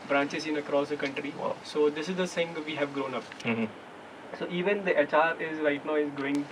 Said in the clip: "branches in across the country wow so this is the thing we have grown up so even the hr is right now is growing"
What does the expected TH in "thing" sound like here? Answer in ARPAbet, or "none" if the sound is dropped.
S